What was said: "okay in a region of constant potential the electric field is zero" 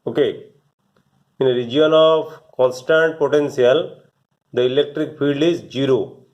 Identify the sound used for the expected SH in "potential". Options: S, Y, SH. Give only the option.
S